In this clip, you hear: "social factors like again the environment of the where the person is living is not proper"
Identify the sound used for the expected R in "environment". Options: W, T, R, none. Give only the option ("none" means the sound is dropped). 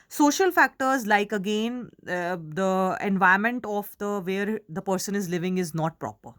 none